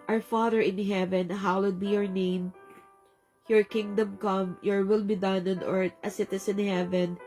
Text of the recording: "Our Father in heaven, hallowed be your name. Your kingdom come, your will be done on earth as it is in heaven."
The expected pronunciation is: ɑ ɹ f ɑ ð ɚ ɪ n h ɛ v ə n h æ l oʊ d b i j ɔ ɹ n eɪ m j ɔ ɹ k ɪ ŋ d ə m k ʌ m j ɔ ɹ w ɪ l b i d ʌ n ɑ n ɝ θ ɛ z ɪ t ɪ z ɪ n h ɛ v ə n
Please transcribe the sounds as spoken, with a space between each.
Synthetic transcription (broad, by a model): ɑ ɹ f ɑ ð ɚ ɪ n h ɛ v ə n h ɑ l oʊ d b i j ɔ ɹ n eɪ m j ɔ ɹ k ɪ ŋ d ə m k ʌ m j ɔ ɹ w ɪ l b i d ʌ n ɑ n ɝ t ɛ s ɪ t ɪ s ɪ n h ɛ v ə n